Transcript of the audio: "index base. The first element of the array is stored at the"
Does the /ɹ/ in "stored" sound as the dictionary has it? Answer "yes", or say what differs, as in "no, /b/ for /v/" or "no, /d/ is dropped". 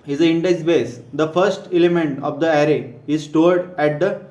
yes